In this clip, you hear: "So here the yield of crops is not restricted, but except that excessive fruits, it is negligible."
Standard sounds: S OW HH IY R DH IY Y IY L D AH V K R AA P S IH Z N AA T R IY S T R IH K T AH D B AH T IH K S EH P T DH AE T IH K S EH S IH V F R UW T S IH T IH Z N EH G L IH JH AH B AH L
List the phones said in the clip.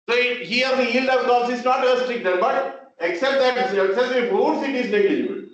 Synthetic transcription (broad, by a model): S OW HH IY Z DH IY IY L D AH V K AA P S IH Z N AA T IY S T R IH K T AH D B AH T IH K S EH P T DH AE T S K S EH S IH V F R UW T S IH T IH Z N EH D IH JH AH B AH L